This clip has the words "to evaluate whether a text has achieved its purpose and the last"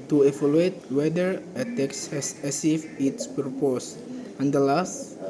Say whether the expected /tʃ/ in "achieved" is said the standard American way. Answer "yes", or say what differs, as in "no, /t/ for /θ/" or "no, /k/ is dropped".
no, /s/ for /tʃ/